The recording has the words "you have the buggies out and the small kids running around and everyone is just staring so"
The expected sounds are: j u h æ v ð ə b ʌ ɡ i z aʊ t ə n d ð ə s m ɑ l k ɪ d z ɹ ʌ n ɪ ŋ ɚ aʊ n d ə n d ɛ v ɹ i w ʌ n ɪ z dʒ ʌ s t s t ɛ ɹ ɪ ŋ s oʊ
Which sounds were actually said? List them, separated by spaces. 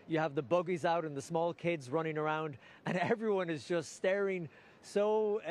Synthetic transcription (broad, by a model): j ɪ v ð ə b ʌ ɡ i z aʊ t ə n ð ə s m ɑ l k ɪ d z ɹ ʌ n ɪ ŋ ɚ aʊ n d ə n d ɛ v ɹ i w ʌ n ɪ z dʒ ʌ s t s t ɛ ɹ ɪ ŋ s oʊ